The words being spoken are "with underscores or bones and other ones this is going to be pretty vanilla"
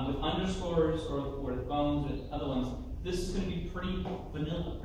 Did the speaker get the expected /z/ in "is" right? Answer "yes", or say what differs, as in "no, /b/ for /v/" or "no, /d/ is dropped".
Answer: yes